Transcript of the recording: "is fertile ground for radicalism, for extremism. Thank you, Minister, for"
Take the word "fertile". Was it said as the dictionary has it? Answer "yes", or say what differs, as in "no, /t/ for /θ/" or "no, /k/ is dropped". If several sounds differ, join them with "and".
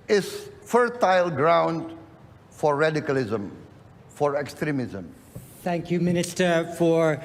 yes